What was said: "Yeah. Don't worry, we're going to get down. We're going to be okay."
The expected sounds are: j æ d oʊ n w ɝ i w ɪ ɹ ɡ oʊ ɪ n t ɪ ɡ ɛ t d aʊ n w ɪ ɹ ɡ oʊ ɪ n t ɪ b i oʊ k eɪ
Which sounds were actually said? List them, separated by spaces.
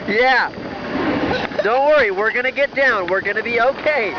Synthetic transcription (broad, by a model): j æ d oʊ n w ɝ i w ɪ ɹ ɡ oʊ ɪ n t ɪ ɡ ɛ t d aʊ n w ɪ ɹ ɡ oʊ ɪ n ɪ b i oʊ k eɪ